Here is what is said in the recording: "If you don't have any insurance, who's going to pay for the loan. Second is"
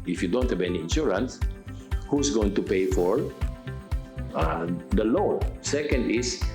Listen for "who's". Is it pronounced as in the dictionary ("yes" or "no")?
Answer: no